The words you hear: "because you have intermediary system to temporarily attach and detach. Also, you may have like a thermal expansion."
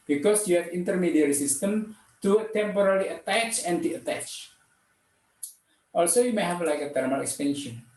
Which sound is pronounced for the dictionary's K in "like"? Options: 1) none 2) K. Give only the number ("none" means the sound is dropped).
2